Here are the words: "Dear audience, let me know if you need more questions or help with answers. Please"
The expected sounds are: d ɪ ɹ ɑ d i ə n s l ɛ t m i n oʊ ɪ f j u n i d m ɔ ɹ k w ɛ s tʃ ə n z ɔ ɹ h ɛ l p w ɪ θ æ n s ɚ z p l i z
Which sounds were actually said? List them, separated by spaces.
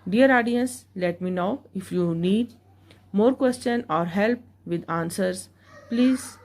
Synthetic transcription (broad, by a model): d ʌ ɹ ɑ d i ə n s l ɛ t m i n oʊ ɪ f j u n i d m ɔ ɹ k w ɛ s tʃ ə n ɔ ɹ h ɛ l p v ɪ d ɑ n s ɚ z p l i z